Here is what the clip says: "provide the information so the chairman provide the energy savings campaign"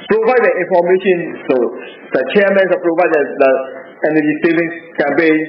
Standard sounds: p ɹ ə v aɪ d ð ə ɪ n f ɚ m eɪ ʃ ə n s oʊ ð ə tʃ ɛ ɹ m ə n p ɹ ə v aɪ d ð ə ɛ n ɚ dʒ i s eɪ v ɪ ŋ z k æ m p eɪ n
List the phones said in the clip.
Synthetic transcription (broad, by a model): p ɹ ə v aɪ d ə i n f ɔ m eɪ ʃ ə n s oʊ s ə tʃ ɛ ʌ m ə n p ɹ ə v aɪ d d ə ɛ n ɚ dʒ i s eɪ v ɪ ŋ k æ m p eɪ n